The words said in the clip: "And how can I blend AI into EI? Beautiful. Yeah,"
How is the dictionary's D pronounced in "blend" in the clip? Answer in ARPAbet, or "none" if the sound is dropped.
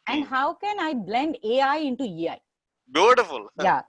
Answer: D